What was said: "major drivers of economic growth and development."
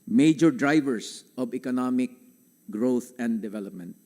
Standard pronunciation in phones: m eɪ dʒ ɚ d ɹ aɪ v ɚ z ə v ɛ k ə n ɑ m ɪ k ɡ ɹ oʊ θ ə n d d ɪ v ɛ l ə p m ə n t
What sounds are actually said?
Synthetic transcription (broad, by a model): m eɪ dʒ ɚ d ɹ aɪ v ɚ s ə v ɛ k ə n ɑ m ɪ k ɡ ɹ oʊ t ə n d d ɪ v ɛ l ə p m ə n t